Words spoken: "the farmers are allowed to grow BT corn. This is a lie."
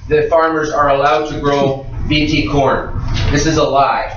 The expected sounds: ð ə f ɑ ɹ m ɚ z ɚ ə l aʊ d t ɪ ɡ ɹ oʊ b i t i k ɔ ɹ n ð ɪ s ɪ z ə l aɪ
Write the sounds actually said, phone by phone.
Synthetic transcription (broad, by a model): ð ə f ɑ ɹ m ɚ z ɚ ə l aʊ d t ɪ ɡ ɹ oʊ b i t i k ɔ ɹ n ð ɪ s ɪ z ə l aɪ